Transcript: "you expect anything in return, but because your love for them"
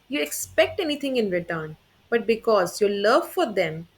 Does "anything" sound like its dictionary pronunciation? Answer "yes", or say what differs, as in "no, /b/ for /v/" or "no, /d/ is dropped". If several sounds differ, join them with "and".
no, /t/ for /θ/